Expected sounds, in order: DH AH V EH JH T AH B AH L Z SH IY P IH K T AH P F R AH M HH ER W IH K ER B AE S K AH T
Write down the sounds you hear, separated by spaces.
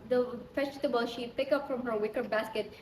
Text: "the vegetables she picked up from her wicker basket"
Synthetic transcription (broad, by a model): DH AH F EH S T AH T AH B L SH IY P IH K AH P F R AH M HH ER W IH K ER B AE S K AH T